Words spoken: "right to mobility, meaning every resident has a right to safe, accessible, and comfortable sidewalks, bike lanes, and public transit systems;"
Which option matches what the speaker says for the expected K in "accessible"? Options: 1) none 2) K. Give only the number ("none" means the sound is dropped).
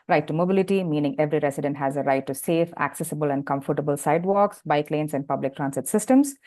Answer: 2